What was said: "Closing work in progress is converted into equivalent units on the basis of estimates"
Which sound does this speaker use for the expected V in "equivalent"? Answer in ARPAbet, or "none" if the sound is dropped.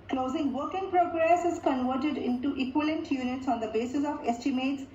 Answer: none